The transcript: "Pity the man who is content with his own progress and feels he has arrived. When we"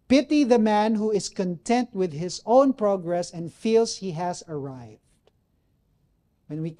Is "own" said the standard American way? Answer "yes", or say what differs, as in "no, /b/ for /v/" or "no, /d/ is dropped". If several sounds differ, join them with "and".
yes